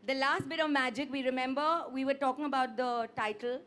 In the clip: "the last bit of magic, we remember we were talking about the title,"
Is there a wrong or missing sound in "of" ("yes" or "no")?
no